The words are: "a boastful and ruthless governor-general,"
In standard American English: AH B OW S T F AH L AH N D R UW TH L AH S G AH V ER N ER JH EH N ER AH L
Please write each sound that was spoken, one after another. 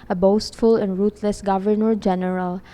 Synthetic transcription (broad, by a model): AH B OW S T F AH L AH N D R UW T L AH S G AH V ER N ER JH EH N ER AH L